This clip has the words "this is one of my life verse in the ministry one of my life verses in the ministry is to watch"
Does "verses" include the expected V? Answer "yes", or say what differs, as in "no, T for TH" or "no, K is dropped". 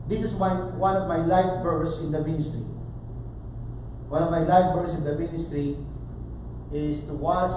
no, B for V